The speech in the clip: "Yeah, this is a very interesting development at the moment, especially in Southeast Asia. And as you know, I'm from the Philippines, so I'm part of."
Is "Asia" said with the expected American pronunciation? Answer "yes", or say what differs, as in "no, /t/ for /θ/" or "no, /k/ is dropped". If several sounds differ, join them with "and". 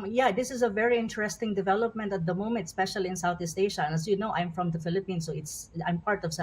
no, /ʃ/ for /ʒ/